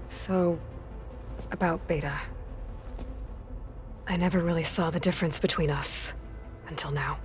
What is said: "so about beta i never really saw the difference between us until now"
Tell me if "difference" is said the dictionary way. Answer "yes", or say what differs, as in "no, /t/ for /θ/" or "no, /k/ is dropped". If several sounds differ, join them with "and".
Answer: yes